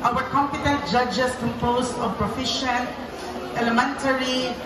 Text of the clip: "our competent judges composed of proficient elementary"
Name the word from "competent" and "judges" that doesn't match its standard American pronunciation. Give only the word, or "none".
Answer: judges